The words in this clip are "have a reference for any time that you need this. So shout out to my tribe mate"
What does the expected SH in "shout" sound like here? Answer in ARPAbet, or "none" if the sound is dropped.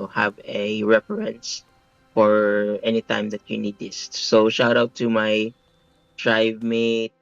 SH